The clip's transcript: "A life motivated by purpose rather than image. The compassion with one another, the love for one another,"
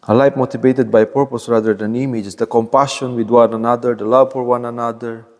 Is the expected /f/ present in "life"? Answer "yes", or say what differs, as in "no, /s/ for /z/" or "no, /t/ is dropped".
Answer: no, /p/ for /f/